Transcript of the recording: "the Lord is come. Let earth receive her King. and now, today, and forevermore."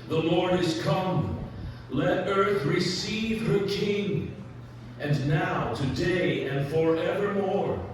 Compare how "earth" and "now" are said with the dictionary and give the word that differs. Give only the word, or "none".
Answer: none